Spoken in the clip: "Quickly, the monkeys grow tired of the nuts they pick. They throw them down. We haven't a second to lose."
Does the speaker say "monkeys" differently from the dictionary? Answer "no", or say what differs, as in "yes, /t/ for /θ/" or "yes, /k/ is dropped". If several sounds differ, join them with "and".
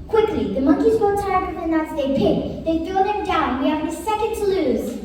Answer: no